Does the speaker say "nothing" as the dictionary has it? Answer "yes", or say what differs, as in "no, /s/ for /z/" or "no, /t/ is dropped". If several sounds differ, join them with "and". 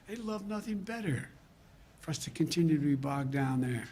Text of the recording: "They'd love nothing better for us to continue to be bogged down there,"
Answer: yes